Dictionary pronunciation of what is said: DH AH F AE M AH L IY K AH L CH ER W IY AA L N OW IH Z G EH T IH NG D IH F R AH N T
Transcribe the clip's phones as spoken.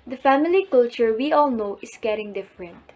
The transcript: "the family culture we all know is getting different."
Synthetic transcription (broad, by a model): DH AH F AE M AH L IY K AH L CH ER W IY AA L N OW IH S G EH T IH NG D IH F R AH N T